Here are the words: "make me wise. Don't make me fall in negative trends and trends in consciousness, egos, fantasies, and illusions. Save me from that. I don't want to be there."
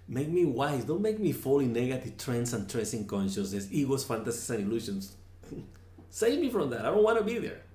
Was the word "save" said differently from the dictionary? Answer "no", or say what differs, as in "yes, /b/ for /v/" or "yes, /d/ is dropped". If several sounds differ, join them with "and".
no